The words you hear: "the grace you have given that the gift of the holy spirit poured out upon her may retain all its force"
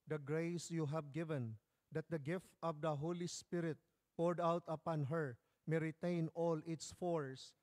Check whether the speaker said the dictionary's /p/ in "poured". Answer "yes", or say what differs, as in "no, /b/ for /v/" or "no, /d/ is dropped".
yes